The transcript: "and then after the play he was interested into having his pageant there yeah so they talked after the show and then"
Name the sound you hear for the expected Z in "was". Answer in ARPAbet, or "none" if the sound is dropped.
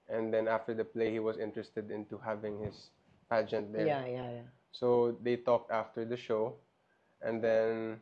S